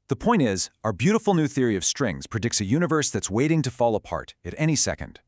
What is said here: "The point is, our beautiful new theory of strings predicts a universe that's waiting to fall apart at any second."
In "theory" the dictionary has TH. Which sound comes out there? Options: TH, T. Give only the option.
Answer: TH